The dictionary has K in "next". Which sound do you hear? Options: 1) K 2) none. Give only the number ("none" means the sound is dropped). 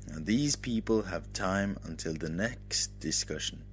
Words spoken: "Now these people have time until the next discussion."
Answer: 1